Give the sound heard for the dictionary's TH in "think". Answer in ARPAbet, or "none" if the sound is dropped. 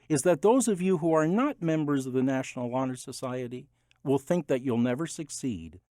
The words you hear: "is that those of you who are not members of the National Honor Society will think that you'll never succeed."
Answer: TH